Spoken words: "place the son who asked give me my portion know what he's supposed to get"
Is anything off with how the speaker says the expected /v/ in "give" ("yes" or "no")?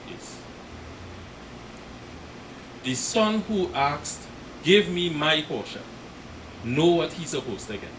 no